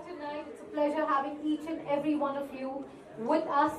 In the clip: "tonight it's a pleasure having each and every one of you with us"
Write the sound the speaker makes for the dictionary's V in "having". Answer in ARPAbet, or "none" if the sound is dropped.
V